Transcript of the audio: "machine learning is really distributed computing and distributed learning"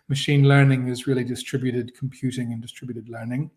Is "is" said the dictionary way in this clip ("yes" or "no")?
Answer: yes